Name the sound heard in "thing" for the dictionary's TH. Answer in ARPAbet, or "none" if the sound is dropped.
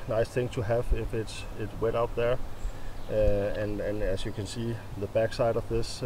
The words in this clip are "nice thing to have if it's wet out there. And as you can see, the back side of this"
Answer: TH